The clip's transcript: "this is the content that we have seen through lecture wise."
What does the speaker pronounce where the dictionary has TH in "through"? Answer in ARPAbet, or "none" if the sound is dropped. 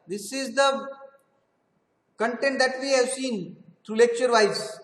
T